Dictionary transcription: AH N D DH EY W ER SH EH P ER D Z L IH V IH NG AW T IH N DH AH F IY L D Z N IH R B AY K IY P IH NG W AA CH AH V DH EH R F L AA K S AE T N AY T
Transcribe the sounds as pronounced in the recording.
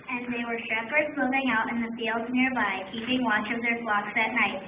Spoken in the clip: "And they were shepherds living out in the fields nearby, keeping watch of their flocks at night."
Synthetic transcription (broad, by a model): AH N DH EY W ER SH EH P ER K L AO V IH NG AW T IH N DH AH F IY L D Z N IH R B AY K IY P IH NG W AA CH AH V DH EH R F L AA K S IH T N AY T